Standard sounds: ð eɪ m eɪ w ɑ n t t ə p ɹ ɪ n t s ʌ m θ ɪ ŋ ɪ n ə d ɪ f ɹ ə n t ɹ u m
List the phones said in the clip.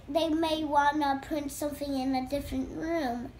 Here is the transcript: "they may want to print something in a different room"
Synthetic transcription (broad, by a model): ð eɪ m eɪ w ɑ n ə p ɹ ɪ n t s ʌ m θ ɪ ŋ ɪ n ə d ɪ f ɹ ə n t ɹ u m